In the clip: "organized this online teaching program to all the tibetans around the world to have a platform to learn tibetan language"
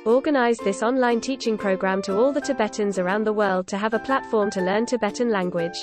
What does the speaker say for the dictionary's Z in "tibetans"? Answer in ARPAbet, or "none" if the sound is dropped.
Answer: Z